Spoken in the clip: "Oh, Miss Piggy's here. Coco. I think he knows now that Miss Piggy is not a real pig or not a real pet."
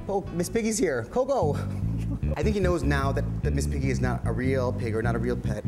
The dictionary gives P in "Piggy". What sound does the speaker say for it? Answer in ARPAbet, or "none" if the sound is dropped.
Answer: P